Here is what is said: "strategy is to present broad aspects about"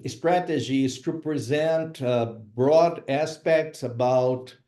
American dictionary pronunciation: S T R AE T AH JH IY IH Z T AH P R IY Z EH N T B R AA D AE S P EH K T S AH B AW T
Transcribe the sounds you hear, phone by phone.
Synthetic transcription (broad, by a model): S T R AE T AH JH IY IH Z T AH P R IY Z EH N T B R AA D AE S P EH K T S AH B AW T